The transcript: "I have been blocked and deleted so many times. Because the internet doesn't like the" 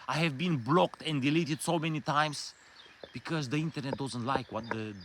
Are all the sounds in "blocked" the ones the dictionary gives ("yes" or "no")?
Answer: yes